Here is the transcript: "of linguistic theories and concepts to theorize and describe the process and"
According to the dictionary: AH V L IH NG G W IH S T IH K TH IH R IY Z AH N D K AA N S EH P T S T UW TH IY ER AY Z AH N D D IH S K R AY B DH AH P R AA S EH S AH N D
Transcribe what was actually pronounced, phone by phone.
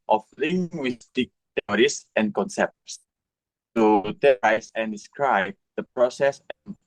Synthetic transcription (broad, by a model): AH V L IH NG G W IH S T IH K T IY R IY S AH N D K AA N S EH P T S T UW T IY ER AY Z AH N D D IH S K R AY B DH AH P R AA S EH S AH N